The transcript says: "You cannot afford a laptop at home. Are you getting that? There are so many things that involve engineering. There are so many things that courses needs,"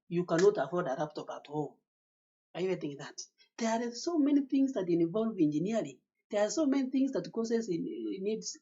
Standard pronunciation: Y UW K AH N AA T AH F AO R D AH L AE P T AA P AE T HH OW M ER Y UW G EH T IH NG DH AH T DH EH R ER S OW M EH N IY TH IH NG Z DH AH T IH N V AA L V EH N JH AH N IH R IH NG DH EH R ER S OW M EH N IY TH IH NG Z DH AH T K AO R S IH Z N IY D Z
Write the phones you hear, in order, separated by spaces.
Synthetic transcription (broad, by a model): Y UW K AH N AA T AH F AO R D AH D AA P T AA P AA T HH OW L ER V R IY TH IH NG DH AH T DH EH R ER S OW M EH N IY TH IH NG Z DH AH T IH N V AA L V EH N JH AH N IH L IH DH EH R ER S OW M EH N IY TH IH NG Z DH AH T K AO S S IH N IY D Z